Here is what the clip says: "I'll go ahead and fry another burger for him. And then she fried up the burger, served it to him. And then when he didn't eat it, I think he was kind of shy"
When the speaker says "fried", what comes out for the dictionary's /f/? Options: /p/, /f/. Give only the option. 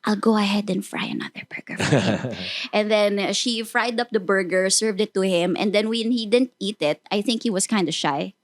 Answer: /f/